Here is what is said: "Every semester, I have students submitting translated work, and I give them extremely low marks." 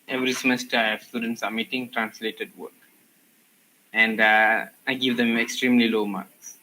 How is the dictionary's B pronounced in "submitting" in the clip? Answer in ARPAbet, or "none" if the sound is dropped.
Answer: none